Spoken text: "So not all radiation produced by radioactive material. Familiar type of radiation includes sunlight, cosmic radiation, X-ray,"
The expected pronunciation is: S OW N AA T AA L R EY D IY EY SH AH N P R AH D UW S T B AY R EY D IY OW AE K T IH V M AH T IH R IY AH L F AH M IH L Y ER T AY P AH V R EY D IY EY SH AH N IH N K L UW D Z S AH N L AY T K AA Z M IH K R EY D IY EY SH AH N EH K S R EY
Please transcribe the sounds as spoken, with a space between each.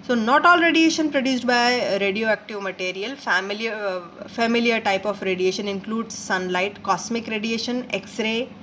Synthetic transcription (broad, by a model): S OW N AA T AA L R EY D IY EY SH AH N P R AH D UW S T B AY R EY D IY OW AE K T IH V M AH T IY R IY AH L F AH M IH L Y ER T AY P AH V R EY D IY EY SH AH N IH N K L UW D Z S AH N L AY T K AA S M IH K R EY D IY EY SH AH N EH K S R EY